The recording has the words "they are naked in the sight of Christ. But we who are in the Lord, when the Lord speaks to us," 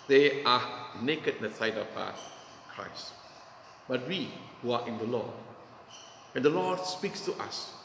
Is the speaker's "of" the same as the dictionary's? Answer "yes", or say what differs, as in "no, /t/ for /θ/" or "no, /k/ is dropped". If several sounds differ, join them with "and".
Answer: no, /p/ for /v/